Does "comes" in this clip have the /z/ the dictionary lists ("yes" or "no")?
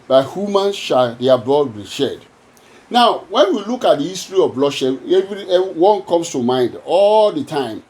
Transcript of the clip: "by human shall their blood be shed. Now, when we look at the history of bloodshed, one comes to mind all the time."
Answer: no